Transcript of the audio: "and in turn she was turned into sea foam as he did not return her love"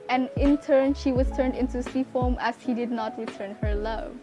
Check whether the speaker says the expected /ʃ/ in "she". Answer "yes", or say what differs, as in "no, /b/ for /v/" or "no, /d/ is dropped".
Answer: yes